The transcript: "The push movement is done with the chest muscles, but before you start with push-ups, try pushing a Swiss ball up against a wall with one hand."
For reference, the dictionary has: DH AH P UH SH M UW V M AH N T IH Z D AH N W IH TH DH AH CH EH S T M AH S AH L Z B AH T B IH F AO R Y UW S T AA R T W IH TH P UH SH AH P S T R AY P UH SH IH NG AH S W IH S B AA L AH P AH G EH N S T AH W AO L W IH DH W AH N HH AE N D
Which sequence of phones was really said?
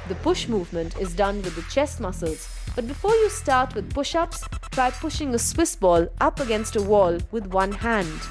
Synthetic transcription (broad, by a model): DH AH P UH SH M UW V M AH N T IH Z D AH N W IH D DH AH CH EH S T M AH S AH L Z B AH T B IH F AO R Y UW S T AA R T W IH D P UH SH AH P S T R AY P UH SH IH NG AH S W IH S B AA L AH P AH G EH N S T AH W AO L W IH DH W AH N HH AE N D